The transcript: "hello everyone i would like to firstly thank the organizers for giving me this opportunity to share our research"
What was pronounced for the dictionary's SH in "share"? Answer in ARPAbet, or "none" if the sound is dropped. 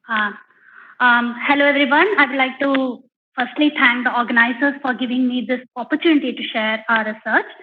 SH